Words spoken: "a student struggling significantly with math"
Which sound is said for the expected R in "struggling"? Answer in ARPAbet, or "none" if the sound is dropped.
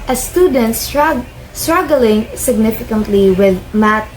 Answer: R